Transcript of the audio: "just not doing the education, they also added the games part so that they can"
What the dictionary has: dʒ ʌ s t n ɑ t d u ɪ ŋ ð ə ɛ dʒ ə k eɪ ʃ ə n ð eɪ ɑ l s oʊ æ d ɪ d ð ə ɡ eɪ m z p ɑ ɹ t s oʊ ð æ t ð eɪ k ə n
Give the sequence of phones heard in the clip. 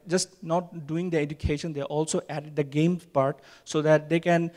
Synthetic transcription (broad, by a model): dʒ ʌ s t n ɑ t d u ɪ ŋ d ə ɛ dʒ ə k eɪ ʃ ə n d eɪ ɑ l s oʊ æ d ɪ d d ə ɡ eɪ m p ɑ ɹ t s oʊ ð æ t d eɪ k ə n